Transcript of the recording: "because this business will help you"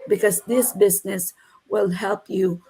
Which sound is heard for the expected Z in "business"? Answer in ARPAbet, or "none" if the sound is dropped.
Z